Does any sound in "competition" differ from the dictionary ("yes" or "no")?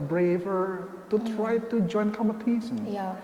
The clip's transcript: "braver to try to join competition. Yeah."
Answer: yes